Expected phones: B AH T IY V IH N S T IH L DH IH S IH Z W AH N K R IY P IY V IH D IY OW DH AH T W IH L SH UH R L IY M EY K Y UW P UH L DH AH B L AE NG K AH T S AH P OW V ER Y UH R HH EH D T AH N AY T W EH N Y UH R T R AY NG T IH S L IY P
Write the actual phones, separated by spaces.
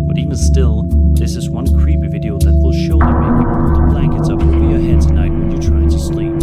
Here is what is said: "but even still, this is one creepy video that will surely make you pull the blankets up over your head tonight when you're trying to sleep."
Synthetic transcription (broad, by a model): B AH T IY V IH N S T IH L DH IH S IH Z W AH N K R IY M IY V IH D IY OW DH AH T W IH L SH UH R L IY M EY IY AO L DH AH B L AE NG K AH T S AH P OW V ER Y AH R HH EH D T AH N AY T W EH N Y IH T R AY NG T IH S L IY